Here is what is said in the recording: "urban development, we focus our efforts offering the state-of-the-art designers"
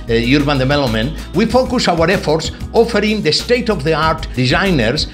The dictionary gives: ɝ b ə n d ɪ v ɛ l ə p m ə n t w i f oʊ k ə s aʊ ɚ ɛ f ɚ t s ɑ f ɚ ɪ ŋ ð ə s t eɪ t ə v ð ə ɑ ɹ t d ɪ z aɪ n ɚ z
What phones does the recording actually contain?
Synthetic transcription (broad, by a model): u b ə n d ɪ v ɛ l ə m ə n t w i f oʊ k ə s aʊ ɚ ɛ f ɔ t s ɑ f ɚ ɪ ŋ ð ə s t eɪ t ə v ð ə ɑ ɹ t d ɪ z aɪ n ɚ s